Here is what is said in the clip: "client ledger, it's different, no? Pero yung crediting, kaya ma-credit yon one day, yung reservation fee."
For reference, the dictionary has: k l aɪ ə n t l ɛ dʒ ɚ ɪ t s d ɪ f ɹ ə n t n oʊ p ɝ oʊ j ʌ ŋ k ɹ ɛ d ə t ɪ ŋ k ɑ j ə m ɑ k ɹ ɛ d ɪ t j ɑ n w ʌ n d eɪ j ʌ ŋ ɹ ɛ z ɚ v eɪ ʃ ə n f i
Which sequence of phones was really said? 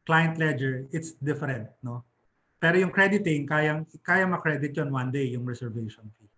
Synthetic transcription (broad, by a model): k l aɪ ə n t l ɛ dʒ ɚ ɪ t s d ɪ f ɹ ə n t n oʊ p ɝ oʊ j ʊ ŋ k ɹ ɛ d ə t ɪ ŋ k ɑ j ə m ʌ k ɹ ɛ d ɪ t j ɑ n w ʌ n d eɪ j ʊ ŋ ɹ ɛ s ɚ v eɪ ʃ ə n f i